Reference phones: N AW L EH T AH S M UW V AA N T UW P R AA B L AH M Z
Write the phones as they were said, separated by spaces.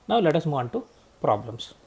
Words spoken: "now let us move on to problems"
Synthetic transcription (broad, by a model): N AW L EH T AH S M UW AA N T UW P R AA B L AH M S